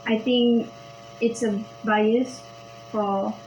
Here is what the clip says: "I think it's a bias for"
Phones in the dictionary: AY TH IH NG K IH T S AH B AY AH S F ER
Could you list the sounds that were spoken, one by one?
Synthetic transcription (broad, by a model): AY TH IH NG K IH T S AH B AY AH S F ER